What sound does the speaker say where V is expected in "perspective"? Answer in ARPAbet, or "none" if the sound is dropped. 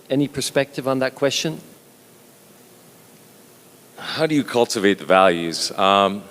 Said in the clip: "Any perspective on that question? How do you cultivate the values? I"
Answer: V